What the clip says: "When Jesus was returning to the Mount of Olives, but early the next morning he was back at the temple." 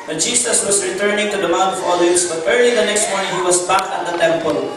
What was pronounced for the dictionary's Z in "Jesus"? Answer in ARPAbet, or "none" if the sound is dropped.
S